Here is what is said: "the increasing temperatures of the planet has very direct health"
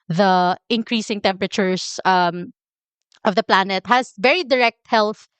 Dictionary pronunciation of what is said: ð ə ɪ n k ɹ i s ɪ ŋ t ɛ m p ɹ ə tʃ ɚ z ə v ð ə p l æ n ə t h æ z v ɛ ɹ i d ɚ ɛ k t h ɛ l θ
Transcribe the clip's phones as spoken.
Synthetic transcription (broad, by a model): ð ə ɪ n k ɹ i s ɪ ŋ t ɛ m p ɹ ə tʃ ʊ s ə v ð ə p l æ n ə t h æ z v ɛ ɹ i d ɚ ɛ k t h ɛ l θ